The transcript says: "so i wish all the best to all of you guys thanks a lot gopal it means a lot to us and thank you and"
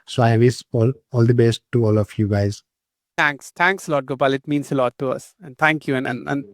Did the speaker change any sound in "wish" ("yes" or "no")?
yes